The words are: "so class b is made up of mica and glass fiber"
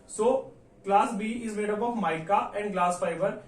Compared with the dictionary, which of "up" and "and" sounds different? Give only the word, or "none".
up